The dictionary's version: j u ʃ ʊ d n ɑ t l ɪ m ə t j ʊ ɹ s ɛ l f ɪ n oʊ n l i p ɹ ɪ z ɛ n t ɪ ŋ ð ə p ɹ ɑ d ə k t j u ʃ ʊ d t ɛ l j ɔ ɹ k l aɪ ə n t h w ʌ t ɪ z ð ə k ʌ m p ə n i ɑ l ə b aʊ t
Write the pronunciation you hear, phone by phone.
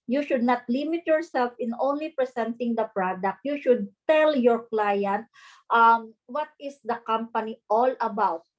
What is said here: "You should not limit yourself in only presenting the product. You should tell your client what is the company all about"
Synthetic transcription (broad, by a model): j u ʃ ʊ d n ɑ t l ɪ m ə t j ʊ ɹ s ɛ l f ɪ n oʊ n l i p ɹ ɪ s ɛ n t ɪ ŋ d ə p ɹ ɑ d ə k t j u ʃ ʊ d t ɛ l j ɔ ɹ k l aɪ ə n t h w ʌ t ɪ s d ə k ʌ m p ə n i ɑ l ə b aʊ t